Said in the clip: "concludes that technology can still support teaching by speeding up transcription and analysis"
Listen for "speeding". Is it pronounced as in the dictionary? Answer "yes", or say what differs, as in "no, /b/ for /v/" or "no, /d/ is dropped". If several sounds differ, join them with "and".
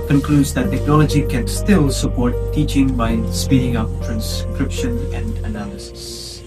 yes